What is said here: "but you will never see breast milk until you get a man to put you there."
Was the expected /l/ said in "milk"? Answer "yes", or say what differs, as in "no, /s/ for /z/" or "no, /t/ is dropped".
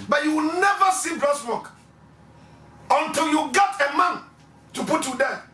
no, /l/ is dropped